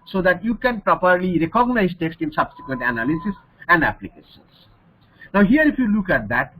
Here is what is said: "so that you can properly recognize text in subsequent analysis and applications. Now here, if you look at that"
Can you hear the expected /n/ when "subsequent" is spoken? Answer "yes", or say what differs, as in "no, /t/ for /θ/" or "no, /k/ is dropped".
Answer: yes